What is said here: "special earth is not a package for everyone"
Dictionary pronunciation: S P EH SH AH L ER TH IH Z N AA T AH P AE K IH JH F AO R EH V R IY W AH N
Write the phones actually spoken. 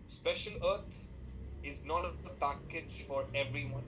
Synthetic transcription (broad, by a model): S P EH SH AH L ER T IH Z N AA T AH P AE K IH JH F AO R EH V R IY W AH N